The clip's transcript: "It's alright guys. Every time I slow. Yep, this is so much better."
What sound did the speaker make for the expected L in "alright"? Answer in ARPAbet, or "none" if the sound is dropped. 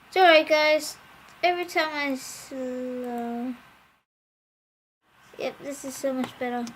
none